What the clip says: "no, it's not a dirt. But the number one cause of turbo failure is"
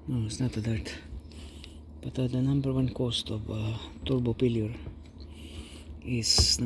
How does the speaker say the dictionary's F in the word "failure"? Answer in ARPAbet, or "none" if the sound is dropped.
P